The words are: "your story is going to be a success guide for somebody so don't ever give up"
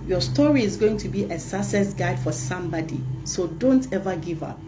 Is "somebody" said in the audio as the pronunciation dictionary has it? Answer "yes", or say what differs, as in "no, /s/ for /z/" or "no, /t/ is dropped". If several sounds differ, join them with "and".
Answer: yes